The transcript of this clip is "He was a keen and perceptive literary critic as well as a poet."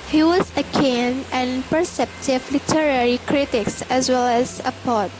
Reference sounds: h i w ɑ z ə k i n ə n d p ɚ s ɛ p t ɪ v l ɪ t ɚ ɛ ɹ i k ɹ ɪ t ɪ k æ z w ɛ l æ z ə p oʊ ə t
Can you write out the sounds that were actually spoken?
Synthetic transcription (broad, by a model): h i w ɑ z ə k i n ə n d p ɚ s ɛ p t ɪ v l ɪ t ɚ ɛ ɹ i k ɹ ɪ t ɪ k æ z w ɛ l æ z ə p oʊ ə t